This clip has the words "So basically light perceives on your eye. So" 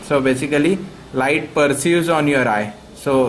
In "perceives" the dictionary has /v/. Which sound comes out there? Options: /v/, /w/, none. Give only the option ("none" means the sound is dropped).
none